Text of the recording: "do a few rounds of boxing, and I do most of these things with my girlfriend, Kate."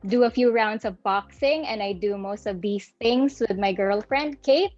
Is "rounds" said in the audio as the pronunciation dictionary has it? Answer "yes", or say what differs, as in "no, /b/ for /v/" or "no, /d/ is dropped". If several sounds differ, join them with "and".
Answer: no, /s/ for /z/